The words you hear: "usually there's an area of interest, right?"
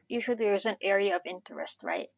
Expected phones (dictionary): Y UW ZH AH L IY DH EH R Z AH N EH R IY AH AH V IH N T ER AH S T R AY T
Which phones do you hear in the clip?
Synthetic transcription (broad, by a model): Y UW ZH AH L IY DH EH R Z AH N EH R IY AH AH V IH N T ER AH S T R AY T